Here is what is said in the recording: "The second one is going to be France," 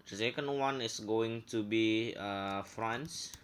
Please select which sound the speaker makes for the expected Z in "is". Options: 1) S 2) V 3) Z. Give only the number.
1